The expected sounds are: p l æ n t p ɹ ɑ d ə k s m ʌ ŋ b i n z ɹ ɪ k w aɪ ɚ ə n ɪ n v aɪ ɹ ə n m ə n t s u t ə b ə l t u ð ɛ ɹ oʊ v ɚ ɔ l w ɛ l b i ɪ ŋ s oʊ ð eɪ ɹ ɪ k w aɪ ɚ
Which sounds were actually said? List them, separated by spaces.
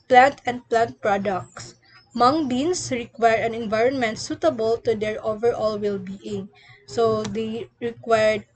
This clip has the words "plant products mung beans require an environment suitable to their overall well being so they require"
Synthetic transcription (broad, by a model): p l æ n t p ɹ ɑ d ə k s m ʌ ŋ b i n s ɹ ɪ k w aɪ ɚ ə n ɪ n v aɪ ɹ ə n m ə n t s u t ə b ə l t u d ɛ ɹ oʊ v ɚ ɔ l w ɛ l b i ɪ ŋ s oʊ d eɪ ɹ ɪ k w aɪ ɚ